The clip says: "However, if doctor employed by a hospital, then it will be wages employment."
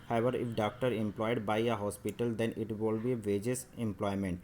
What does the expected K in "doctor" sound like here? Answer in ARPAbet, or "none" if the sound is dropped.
K